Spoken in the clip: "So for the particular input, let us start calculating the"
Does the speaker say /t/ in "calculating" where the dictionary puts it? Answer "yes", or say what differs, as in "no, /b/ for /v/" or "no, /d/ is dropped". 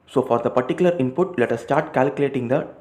yes